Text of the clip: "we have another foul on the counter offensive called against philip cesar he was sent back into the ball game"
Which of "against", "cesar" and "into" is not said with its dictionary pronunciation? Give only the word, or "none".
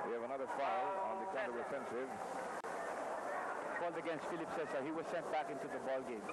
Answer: cesar